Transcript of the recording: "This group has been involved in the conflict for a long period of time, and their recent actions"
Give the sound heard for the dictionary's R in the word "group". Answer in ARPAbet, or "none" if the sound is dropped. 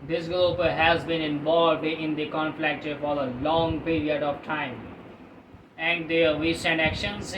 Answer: L